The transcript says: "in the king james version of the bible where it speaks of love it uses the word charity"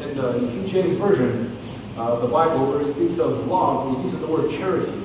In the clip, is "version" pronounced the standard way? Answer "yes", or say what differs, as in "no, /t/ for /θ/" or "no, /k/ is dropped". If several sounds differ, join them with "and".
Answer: yes